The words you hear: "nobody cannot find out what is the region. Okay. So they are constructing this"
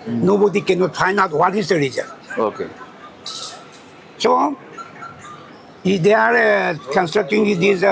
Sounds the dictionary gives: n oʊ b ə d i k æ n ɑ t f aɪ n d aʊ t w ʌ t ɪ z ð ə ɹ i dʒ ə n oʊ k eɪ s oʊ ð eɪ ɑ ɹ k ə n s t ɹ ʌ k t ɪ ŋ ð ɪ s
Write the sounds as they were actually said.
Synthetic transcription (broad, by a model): n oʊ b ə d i k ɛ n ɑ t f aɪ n aʊ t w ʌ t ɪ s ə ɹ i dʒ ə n oʊ k eɪ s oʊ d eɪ ɑ ɹ k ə n s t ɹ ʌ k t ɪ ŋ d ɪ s